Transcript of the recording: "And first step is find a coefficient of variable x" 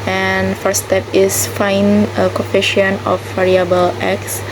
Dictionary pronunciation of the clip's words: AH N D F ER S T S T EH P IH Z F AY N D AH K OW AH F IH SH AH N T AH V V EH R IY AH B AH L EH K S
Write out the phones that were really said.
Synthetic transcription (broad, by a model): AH N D F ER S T S T EH P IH S F AY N AH K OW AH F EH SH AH N AH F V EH R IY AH B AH L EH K S